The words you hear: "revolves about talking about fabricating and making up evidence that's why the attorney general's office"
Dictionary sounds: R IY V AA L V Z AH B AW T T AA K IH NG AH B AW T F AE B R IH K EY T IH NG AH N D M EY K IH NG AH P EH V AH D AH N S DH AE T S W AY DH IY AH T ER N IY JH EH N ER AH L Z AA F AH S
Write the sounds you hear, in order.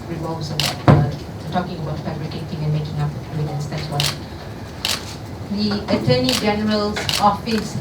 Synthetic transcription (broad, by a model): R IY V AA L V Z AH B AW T T AA K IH NG AH B AW T F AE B R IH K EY T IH NG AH N M EY K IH NG AH P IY P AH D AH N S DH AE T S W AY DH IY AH T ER N IY JH EH N ER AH L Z AA F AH S